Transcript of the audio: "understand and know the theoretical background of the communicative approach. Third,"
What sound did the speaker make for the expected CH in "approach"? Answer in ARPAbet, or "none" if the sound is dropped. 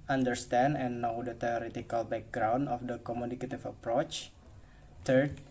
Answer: CH